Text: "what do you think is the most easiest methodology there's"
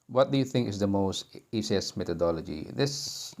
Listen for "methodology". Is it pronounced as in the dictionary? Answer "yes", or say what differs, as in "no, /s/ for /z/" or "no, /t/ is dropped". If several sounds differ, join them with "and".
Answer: no, /t/ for /θ/